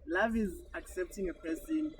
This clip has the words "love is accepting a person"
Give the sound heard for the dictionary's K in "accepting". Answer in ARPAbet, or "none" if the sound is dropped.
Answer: K